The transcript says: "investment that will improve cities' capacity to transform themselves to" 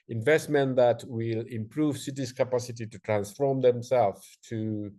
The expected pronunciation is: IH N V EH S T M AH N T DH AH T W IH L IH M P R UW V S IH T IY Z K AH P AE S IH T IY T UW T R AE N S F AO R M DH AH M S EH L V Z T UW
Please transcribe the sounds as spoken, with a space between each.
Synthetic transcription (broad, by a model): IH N V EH S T M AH N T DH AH T W IH L IH M P R UW V S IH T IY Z K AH P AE S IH T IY T UW T R AE N S F AO R M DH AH M S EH L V T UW